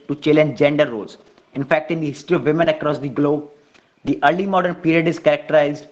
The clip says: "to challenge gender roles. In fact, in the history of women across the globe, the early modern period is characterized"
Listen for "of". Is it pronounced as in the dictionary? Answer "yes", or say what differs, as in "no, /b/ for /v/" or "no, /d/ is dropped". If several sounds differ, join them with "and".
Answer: yes